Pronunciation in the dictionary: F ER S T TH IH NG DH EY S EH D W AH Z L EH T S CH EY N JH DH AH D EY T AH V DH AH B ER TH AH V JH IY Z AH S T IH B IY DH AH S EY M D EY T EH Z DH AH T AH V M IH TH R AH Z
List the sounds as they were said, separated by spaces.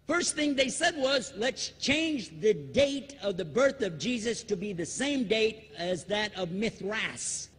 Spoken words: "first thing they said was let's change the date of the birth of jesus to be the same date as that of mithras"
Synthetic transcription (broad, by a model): F ER S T TH IH NG DH EY S EH D W AH Z L EH T S CH EY N JH DH AH D EY T AH V DH AH B ER TH AH V JH IY Z AH S T IH B IY DH AH S EY M D EY T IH Z DH AH T AH V M IH TH R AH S